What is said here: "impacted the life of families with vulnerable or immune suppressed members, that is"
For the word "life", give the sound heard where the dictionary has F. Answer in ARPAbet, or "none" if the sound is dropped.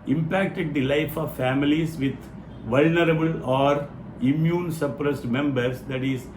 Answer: F